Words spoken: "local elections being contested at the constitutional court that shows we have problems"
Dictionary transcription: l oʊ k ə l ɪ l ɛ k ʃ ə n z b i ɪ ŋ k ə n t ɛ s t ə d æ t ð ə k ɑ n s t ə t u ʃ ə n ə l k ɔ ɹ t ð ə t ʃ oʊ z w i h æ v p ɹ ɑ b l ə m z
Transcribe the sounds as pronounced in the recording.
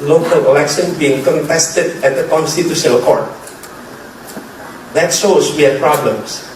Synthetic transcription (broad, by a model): l oʊ k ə l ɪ l ɛ k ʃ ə n b i ɪ ŋ k ə n t ɛ s t ə d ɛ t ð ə k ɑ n s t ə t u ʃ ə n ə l k ɔ ɹ t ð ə t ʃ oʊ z w i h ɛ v p ɹ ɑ b l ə m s